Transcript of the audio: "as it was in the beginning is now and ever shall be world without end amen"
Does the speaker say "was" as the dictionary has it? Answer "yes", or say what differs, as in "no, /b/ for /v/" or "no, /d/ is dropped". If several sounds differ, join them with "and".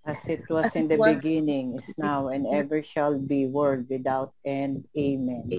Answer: no, /s/ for /z/